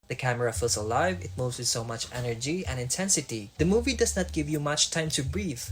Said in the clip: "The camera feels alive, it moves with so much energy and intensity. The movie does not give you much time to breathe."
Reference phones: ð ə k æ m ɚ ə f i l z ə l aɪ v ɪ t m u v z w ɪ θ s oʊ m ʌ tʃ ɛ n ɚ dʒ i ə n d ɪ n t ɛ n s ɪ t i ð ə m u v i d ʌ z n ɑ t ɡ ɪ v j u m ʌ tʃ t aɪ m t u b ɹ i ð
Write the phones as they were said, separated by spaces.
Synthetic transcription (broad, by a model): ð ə k æ m ɚ ə f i l s ə l aɪ v ɪ t m u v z w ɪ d s oʊ m ʌ tʃ ɛ n ɚ dʒ i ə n ɪ n t ɛ n s ɪ t i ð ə m u v i d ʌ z n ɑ t ɡ ɪ v j u m ʌ tʃ t aɪ m t u b ɹ i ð